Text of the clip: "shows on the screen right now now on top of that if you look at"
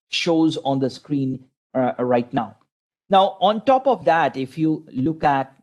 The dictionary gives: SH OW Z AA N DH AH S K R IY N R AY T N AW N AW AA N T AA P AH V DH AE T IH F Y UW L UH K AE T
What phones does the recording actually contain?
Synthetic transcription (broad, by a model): SH OW Z AA N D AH S K R IY N R AY T N AW N AW AA N T AA P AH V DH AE T IH F Y UW L UH K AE T